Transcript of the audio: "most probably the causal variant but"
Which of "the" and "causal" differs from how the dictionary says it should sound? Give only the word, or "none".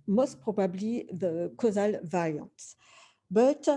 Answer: none